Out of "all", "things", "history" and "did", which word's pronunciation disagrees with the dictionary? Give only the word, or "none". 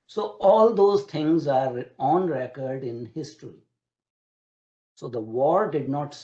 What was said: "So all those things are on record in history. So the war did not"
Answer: things